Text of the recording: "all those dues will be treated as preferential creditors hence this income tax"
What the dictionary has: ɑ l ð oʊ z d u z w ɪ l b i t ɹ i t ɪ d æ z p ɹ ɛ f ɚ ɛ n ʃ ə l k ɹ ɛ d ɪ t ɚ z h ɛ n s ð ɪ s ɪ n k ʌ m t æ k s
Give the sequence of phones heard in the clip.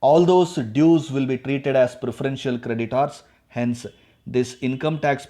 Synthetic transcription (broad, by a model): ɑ l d oʊ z d u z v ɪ l b i t ɹ i t ɪ d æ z p ɹ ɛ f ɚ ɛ n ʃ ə l k ɹ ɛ d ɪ t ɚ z h ɛ n s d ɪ s ɪ n k ʌ m t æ k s